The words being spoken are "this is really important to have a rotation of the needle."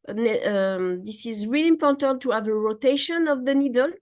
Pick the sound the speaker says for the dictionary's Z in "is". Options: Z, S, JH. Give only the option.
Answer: Z